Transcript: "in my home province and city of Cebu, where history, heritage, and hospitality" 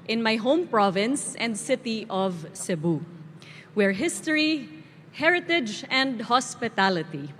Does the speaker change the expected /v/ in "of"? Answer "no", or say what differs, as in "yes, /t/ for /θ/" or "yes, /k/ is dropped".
no